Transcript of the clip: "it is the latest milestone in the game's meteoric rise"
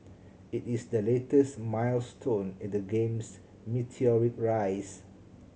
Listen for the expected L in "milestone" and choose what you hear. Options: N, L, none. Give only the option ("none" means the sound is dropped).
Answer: L